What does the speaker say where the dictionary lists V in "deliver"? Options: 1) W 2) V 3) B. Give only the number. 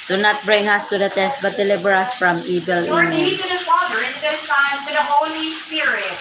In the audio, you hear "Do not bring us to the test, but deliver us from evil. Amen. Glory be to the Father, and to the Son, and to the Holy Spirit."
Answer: 3